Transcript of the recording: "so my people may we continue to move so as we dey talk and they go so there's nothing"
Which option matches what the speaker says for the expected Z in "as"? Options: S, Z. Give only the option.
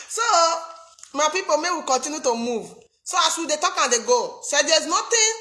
S